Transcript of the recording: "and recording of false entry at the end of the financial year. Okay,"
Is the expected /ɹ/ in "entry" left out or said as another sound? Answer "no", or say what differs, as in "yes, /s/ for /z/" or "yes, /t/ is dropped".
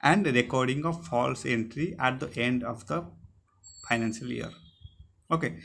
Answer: no